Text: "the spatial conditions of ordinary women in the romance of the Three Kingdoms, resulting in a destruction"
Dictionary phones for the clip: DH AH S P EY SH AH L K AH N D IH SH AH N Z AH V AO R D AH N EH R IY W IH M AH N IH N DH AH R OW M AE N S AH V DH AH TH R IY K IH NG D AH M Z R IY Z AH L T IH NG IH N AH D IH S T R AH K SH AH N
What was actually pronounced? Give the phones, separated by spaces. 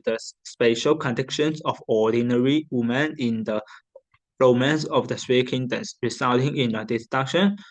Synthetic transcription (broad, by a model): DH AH S P EY SH AH L K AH N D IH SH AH N S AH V AO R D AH N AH R IY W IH M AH N IH N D AH R OW M AE N S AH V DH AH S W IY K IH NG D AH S R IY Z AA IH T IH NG IH N AH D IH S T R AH K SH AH N